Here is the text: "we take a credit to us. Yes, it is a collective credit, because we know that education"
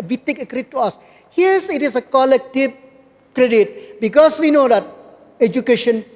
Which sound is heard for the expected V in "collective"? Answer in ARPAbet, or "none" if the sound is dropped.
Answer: P